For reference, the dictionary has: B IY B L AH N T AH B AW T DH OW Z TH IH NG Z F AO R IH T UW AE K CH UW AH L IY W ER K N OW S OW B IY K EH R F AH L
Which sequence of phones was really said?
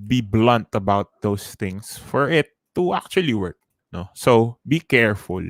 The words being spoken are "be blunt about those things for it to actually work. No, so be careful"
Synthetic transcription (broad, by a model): B IY B L AH N T AH B AW T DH OW S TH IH NG S F AO R IH T UW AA K CH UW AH L IY W ER K N OW S OW B IY K EH R F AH L